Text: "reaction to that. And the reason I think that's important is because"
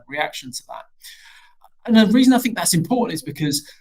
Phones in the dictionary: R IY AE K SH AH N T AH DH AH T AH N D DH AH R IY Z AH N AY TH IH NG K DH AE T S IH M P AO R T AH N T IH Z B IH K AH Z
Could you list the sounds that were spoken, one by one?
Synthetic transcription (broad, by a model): R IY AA K SH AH N T AH DH AH T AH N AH R IY Z AH N AY TH IH NG K DH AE T S IH M P AO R T N T IH Z B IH K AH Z